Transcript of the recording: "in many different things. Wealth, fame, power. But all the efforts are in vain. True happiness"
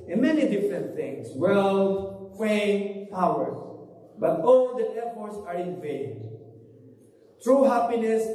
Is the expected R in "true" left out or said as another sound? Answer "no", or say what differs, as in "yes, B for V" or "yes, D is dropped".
no